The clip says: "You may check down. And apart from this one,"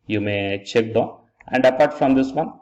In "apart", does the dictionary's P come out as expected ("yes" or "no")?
yes